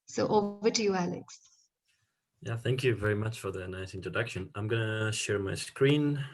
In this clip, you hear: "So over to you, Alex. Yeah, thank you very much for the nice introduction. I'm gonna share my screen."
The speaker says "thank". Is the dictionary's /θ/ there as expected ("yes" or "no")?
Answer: yes